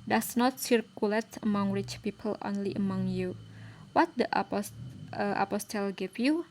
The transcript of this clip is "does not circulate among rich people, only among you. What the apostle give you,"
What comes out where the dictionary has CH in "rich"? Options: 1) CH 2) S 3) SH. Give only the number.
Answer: 1